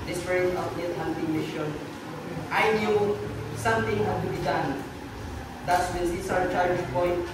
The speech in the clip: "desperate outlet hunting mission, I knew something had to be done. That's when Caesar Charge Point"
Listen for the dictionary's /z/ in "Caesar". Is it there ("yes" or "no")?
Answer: no